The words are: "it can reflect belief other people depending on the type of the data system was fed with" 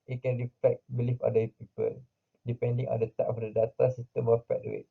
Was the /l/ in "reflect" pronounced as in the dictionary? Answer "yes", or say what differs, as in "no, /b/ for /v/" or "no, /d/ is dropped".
no, /l/ is dropped